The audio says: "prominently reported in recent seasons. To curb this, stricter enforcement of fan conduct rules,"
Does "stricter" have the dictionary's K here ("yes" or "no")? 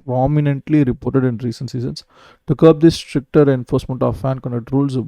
yes